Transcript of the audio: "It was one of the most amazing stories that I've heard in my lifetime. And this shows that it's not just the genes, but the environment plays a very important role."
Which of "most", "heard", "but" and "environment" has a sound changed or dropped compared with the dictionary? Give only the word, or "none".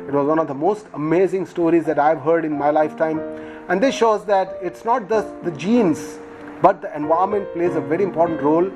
environment